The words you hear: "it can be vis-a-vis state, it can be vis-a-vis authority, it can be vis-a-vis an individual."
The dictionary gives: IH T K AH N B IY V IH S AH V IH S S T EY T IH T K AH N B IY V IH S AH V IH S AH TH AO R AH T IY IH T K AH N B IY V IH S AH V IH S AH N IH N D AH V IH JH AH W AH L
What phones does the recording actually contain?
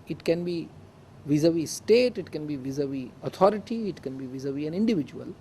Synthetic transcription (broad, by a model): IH T K AH N B IY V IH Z AH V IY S S T EY T IH T K AH N B IY V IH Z AH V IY AH T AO R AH T IY IH T K AH N B IY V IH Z AH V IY AH N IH N D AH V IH JH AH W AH L